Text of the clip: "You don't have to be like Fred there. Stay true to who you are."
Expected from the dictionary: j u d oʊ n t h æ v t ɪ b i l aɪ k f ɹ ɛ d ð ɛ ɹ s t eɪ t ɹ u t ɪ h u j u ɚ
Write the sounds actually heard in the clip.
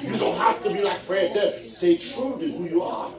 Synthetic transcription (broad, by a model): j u d oʊ n t h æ f t ɪ b i l aɪ k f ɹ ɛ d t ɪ s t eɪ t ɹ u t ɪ h u j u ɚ